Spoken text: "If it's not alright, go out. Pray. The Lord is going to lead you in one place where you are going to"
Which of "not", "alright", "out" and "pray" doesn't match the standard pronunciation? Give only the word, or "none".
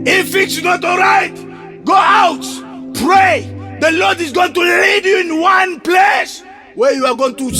none